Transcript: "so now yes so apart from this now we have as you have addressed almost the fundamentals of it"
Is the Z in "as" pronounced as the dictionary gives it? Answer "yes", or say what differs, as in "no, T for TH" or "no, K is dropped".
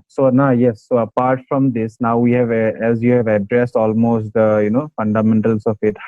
yes